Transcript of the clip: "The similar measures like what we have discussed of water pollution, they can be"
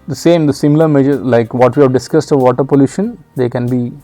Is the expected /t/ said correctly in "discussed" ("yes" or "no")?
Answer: yes